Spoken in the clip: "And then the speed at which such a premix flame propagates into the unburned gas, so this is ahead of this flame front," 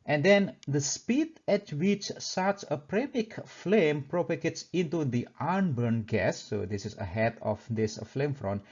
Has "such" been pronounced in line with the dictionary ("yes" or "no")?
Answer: no